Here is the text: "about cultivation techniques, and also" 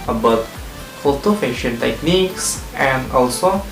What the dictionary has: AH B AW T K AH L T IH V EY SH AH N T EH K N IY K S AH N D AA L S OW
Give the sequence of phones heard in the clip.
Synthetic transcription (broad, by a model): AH B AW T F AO T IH F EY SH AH N T EH K N IY K S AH N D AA L S OW